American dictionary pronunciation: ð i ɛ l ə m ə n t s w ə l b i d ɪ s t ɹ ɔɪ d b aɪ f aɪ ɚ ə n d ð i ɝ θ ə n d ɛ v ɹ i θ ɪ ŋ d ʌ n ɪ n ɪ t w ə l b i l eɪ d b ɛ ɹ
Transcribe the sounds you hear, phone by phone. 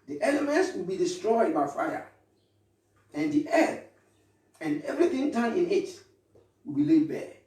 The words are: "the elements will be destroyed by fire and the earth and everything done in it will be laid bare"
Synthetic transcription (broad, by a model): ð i ɛ l ə m ə n t s w ə l b i d ɪ s t ɹ ɔɪ d b aɪ f aɪ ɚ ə n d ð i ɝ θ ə n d ɛ v ɹ i θ ɪ ŋ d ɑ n ɪ n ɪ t w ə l b i l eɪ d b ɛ